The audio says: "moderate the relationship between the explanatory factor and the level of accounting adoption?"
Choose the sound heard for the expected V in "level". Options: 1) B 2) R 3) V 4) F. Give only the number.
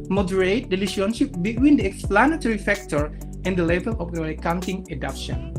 1